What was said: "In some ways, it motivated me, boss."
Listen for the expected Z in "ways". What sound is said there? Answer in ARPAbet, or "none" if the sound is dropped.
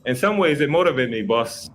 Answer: Z